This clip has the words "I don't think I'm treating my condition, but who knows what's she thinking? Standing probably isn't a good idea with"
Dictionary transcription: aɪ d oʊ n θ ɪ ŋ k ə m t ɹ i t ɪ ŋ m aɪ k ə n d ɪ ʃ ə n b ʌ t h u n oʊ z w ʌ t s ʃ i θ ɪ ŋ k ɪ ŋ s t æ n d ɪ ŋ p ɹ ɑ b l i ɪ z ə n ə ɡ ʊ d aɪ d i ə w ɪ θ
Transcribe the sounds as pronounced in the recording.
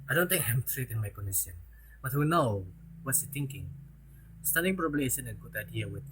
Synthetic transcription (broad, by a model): aɪ d oʊ n t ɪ ŋ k ə m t ɹ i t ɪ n m aɪ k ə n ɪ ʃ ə n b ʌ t h u n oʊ w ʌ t s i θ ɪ ŋ k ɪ ŋ s t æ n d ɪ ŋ p ɹ ɑ b l i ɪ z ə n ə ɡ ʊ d aɪ d i ə w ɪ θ